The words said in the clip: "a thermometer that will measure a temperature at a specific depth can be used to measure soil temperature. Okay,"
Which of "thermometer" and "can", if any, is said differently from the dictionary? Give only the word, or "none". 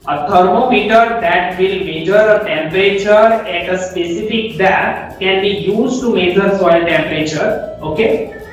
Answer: thermometer